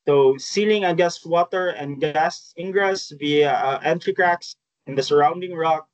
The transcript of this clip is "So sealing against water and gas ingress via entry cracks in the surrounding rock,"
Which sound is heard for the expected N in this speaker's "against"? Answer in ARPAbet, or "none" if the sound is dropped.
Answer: none